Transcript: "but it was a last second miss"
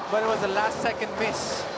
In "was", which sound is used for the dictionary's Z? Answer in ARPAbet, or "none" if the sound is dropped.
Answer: Z